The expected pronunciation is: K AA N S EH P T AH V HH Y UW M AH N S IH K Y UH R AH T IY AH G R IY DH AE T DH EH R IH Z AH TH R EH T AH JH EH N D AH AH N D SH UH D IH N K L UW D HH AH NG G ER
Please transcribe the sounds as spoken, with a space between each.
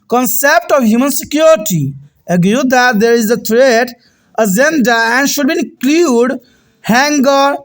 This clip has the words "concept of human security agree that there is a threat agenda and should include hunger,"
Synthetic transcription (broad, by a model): K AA N S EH P T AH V HH Y UW M AH N S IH K Y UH R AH T IY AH G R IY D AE T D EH R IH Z AH T R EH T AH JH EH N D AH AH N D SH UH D IH N K L UW D HH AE NG G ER